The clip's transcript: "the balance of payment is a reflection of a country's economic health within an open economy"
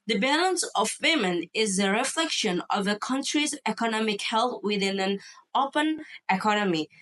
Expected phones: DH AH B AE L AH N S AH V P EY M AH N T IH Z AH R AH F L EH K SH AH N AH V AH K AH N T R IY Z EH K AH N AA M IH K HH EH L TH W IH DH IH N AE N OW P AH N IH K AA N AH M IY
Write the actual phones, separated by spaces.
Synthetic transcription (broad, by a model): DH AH B AE L AH N S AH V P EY M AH N IH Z AH R AH F L EH K SH AH N AH V AH K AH N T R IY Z EH K AH N AA M IH K HH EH L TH W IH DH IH N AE N OW P AH N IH K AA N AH M IY